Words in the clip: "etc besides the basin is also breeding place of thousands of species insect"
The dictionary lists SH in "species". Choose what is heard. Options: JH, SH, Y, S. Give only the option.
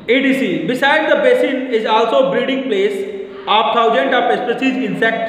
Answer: S